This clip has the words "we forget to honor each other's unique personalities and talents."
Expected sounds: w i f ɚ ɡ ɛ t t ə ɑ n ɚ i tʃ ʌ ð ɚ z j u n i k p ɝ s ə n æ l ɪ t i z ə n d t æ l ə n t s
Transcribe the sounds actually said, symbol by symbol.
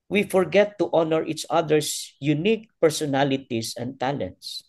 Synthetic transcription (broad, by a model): w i f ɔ ɡ ɛ t t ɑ n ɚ i tʃ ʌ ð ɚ s j u n i k p ɝ s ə n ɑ l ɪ t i s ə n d t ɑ l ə n t s